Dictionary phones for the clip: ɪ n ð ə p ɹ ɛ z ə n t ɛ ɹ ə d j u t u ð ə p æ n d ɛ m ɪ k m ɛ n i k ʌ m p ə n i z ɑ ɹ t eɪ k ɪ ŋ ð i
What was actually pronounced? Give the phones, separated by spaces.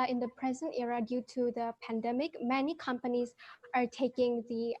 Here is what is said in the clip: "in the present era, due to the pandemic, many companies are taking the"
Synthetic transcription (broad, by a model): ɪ n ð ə p ɹ ɛ z ə n t ɛ ɹ ə d j u t u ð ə p æ n d ɛ m ɪ k m ɛ n i k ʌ m p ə n i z ɑ ɹ t eɪ k ɪ ŋ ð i